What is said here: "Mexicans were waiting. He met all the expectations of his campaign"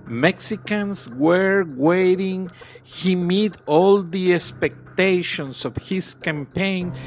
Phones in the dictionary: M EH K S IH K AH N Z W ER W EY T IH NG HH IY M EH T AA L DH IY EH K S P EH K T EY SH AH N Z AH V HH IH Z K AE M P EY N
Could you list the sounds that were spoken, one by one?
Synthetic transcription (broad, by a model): M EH K S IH K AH N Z W ER W EY T IH NG HH IY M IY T AA L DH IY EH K S P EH K T EY SH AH N S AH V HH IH S K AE M P EY N